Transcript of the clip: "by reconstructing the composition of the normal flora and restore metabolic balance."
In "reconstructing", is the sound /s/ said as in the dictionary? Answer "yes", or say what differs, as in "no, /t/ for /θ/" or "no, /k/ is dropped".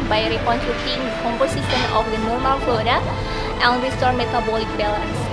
no, /s/ is dropped